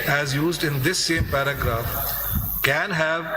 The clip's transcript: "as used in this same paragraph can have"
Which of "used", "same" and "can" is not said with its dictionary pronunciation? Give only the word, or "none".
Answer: none